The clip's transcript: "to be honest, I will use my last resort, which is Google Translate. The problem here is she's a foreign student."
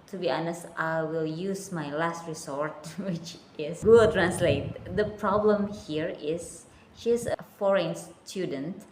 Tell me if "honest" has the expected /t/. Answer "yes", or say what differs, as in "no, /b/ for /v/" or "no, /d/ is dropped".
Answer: yes